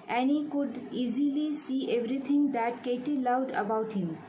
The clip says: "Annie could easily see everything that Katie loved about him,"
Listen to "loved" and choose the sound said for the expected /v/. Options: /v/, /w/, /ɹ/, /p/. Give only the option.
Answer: /w/